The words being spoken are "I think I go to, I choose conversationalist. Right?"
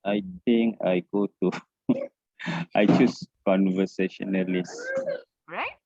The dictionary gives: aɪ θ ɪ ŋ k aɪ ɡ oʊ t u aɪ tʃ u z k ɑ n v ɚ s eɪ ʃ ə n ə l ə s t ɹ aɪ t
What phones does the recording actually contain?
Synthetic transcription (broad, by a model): aɪ t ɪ ŋ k aɪ ɡ oʊ t u aɪ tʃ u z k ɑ n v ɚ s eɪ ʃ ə n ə l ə s